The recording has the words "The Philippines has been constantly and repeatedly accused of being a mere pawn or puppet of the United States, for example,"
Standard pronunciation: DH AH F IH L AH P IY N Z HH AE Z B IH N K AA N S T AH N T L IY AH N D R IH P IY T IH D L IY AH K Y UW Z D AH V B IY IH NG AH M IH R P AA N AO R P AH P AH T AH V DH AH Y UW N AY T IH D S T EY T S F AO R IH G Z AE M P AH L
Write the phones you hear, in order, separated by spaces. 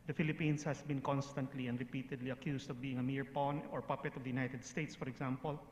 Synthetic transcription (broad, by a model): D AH F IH L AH P IY N S HH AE S B IH N K AA N S T AH N T L IY AH N D R IH P IY T IH D L IY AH K Y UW S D AH V B IY IH NG AH M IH R P AA N AO R P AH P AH T AH V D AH Y UW N AY T IH D S T EY T S F AO R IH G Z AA M P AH L